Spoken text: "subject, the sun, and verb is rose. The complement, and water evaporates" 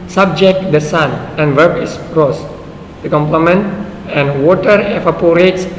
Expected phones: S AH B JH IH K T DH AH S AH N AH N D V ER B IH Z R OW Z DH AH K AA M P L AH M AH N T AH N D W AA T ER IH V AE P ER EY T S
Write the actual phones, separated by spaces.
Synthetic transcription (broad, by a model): S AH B JH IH K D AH S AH N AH N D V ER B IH S R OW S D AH K AA M P L AH M AH N T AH N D W AA T ER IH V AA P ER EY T S